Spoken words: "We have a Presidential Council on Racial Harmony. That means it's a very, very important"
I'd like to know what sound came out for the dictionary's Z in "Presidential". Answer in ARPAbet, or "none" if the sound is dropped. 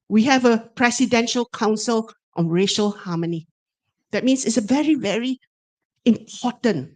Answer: S